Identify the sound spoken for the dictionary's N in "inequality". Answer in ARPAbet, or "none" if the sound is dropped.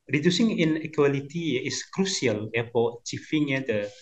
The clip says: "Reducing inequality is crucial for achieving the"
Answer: N